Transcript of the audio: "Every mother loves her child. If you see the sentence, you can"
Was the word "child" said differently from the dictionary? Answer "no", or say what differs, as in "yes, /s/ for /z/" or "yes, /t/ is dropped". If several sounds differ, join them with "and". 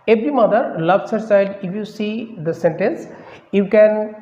no